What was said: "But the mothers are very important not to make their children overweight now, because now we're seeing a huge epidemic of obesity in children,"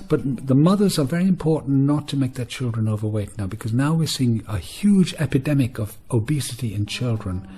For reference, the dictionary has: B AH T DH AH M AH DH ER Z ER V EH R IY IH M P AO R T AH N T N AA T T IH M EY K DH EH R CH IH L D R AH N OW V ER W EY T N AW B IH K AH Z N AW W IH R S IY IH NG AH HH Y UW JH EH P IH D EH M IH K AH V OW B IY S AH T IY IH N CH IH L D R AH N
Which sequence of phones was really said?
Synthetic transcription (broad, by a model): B AH T DH AH M AH DH ER Z ER V EH R IY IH M P AO R T N N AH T T IH M EY K DH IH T CH IH L D R AH N OW V ER W EY T N AW B IH K AH Z N AW W IH R S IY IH NG AH HH Y UW JH EH P IH D EH M IH K AH V OW B IY S AH T IY IH N CH IH L D R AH N